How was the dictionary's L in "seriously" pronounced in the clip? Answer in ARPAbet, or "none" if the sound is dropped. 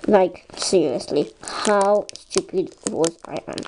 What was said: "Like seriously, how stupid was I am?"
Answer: L